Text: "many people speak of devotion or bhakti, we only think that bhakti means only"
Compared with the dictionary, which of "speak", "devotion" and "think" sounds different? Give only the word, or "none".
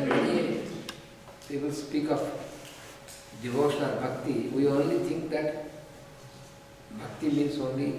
think